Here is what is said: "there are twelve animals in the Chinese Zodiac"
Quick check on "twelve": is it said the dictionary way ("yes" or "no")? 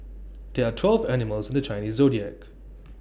yes